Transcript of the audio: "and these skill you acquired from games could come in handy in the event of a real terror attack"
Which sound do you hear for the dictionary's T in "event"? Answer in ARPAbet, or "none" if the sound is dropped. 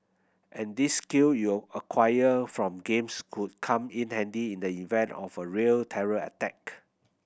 T